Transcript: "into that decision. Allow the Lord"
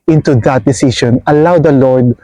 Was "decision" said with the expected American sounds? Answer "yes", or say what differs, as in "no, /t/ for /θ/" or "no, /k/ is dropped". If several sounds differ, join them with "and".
no, /ʃ/ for /ʒ/